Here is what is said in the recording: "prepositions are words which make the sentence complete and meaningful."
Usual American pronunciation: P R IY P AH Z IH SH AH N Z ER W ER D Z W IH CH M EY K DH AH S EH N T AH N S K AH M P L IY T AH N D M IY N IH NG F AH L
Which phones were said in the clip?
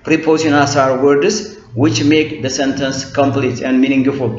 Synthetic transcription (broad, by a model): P R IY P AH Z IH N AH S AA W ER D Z W IH CH M EY K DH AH S EH N T AH N S K AH M P L IY T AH N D M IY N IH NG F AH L